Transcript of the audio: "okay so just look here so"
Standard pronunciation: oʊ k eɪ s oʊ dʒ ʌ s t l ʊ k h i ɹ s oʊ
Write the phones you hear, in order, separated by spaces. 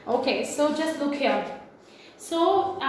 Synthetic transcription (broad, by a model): oʊ k eɪ s oʊ dʒ ʌ s t l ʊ k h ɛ l s oʊ